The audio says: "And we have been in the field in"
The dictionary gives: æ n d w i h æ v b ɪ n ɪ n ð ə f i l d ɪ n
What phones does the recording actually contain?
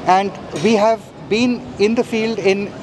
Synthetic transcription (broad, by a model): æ n d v i h æ v b ɪ n ɪ n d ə f i l d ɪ n